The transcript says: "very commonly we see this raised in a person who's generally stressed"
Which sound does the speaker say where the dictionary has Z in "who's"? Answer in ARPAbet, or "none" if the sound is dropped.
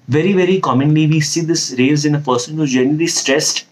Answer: none